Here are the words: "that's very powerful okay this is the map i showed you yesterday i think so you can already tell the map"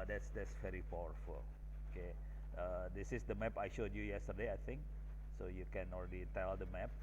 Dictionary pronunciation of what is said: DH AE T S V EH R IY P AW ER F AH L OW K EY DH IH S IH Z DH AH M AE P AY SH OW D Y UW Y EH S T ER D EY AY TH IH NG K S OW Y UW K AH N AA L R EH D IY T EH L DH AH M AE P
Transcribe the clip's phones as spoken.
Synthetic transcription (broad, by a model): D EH T S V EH R IY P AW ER F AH L OW K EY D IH S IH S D AH M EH P AY SH OW D Y UW Y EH S T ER D EY AY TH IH NG K S OW Y UW K AH N AA L R EH D IY T EH L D AH M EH P